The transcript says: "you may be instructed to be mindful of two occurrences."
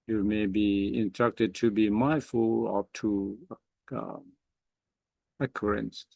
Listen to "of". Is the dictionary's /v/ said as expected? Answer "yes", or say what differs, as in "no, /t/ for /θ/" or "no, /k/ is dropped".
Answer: no, /p/ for /v/